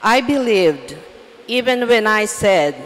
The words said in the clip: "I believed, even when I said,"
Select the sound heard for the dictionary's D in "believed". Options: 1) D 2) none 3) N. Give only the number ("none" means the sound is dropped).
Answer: 1